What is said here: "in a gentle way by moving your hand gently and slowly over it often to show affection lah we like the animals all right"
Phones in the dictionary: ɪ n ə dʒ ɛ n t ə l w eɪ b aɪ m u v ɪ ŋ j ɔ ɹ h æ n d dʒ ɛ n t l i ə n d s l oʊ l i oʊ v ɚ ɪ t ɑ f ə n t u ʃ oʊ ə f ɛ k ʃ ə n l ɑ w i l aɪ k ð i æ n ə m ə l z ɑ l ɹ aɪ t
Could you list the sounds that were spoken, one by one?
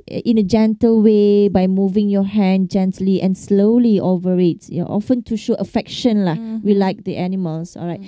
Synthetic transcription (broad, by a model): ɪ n ə dʒ ɛ n t ə l w eɪ b aɪ m u v ɪ ŋ j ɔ h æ n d dʒ ɛ n t l i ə n s l oʊ l i oʊ v ɚ ɪ t ɑ f ə n t u ʃ oʊ ə f ɛ k ʃ ə n l ɑ w i l aɪ k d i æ n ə m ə l s ɑ l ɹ aɪ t